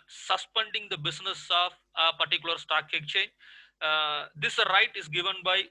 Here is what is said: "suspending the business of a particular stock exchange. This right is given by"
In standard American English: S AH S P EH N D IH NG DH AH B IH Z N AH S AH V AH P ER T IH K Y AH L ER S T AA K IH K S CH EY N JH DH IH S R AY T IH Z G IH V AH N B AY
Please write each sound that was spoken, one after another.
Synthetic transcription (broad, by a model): S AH S P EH N D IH NG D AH B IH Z N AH S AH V AH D T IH K Y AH L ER S T AA K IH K CH EY N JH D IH S R AY T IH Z G IH V AH N B AY